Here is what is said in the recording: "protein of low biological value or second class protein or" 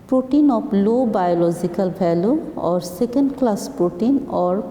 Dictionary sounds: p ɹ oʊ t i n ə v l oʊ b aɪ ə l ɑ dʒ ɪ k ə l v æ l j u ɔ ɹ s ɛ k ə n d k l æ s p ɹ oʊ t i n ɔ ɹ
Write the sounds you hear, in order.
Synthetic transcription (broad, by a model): p ɹ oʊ t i n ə p l oʊ b aɪ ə l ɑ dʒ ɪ k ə l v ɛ l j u ɔ ɹ s ɛ k ə n d k l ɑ s p ɹ oʊ t i n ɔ ɹ